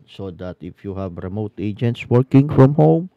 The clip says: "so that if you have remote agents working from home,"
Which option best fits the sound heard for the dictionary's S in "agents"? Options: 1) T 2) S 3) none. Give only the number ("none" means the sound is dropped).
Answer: 2